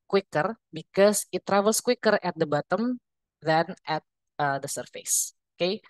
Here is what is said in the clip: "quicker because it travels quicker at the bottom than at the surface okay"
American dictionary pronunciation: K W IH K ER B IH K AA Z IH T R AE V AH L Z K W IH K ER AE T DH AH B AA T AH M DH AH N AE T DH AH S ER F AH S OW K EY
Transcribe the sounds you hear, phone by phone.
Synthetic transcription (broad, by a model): K W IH K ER B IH K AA S IH T R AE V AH L S K W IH K ER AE T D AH B AA T AH M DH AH N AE T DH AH S ER F AH S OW K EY